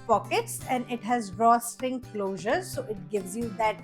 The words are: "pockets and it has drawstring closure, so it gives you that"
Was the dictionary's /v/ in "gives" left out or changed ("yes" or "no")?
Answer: no